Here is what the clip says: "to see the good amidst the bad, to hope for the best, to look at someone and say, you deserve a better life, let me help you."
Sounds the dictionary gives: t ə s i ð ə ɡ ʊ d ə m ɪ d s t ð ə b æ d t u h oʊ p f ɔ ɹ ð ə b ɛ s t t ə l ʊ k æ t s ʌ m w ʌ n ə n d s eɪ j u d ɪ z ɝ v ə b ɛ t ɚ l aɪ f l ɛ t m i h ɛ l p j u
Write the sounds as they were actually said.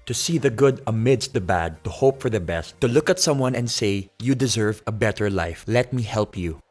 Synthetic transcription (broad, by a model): t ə s i ð ə ɡ ʊ d ə m ɪ d s t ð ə b æ d t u h oʊ p f ɔ ɹ ð ə b ɛ s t t ə l ʊ k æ t s ʌ m w ʌ n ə n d s eɪ j u d ɪ z ɝ v ə b ɛ t ɚ l aɪ f l ɛ t m i h ɛ l p j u